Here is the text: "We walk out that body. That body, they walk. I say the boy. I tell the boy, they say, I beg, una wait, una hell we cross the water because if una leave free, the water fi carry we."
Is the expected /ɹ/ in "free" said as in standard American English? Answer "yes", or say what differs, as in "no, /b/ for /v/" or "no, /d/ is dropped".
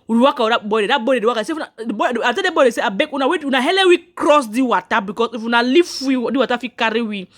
no, /w/ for /ɹ/